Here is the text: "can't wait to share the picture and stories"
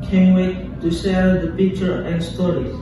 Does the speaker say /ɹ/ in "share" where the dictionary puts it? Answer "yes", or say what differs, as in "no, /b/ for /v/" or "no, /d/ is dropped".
no, /l/ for /ɹ/